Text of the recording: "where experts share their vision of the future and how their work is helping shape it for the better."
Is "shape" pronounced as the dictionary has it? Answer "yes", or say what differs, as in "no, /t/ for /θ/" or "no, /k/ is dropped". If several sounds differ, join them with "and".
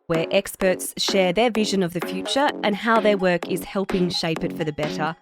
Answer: yes